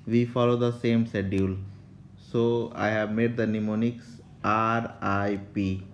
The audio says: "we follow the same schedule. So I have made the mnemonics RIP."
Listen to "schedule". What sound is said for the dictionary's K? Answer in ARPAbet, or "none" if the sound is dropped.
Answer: none